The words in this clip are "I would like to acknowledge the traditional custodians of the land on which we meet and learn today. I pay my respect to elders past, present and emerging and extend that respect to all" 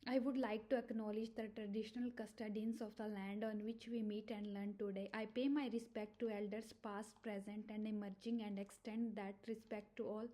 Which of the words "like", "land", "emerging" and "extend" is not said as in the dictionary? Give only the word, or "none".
none